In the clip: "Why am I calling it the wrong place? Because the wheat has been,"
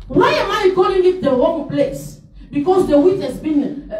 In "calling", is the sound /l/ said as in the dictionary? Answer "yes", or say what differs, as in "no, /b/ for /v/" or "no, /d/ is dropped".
no, /l/ is dropped